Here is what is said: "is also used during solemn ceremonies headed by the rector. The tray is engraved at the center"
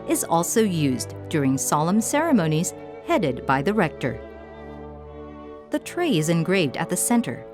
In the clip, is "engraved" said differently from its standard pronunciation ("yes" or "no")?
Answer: no